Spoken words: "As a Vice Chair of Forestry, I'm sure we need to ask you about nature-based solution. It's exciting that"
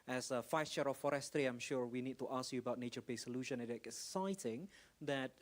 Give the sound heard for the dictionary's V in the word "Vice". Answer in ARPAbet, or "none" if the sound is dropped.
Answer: F